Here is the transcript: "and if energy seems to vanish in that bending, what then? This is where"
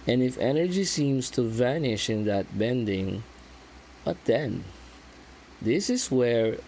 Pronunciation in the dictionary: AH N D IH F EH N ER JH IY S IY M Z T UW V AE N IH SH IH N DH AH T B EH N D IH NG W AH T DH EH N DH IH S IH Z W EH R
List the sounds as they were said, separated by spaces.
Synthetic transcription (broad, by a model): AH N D IH F EH N ER JH IY S IY M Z T UW V AE N IH SH IH N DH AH T B EH N D IH NG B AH T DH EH N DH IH S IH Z W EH R